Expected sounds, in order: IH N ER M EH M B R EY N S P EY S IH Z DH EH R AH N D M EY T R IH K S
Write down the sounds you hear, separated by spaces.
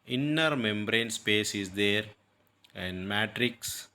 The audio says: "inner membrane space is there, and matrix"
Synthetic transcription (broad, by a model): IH N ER M EH M B R EY N S P EY S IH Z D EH R AH N D M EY T R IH K S